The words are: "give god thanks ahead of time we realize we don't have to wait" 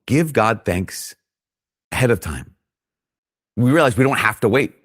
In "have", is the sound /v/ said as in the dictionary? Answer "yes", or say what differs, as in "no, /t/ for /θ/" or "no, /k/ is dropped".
no, /f/ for /v/